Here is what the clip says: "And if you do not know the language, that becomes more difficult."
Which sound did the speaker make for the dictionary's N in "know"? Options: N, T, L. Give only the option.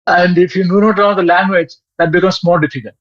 L